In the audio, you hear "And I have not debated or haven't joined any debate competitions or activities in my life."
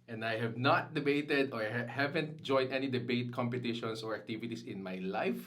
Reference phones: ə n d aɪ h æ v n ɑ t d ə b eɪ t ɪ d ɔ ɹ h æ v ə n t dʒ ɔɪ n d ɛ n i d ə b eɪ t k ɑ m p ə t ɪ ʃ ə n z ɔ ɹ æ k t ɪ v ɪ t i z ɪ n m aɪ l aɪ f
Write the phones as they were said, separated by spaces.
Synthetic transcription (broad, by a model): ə n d aɪ h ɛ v n ɑ t d ə b eɪ t ɪ d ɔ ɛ h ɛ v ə n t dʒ ɔɪ n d ɛ n i d ə b eɪ t k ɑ m p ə t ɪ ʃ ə n s ɔ ɹ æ k t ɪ v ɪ t i s ɪ n m aɪ l aɪ f